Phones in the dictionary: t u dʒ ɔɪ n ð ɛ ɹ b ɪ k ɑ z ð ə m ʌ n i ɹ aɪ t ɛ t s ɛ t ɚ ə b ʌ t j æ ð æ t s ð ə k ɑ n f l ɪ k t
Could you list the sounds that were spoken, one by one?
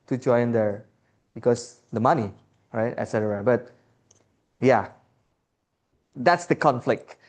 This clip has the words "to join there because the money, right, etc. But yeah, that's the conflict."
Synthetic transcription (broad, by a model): t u dʒ ɔɪ n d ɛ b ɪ k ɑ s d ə m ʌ n i ɹ aɪ t ɛ t s ɛ t ɚ ə b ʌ t j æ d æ t s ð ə k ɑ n f l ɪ k t